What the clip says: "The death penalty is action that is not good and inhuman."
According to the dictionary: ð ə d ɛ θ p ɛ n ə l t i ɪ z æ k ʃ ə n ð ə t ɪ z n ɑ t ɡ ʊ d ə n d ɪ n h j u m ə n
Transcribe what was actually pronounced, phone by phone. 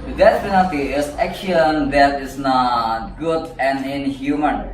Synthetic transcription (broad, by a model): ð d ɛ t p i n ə t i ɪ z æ k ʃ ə n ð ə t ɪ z n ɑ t ɡ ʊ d ə n d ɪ n h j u m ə n